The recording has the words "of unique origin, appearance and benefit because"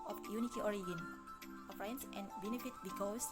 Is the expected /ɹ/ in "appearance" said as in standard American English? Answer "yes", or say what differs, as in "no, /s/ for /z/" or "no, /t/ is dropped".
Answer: no, /ɹ/ is dropped